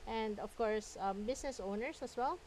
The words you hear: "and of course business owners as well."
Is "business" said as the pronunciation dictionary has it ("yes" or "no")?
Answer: no